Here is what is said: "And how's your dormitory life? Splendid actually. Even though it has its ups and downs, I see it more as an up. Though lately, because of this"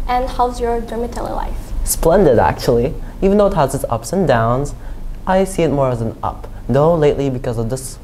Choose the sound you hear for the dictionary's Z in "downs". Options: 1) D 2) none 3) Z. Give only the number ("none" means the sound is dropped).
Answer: 3